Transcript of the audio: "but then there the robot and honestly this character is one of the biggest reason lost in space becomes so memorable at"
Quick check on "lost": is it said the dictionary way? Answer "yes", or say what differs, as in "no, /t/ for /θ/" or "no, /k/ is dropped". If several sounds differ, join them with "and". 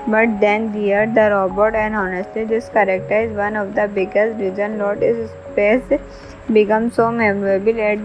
no, /s/ is dropped